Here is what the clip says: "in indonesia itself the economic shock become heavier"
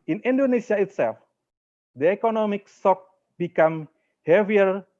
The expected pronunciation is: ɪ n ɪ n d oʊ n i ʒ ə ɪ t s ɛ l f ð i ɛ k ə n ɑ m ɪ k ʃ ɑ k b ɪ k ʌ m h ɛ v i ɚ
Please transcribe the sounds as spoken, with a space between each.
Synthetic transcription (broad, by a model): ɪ n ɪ n d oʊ n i s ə ɪ t s ɛ l f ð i ɛ k ə n ɑ m ɪ k s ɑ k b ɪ k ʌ m h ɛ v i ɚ